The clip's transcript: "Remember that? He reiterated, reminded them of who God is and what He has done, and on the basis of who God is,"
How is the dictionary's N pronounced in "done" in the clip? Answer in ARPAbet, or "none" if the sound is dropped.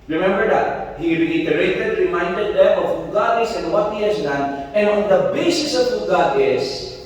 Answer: N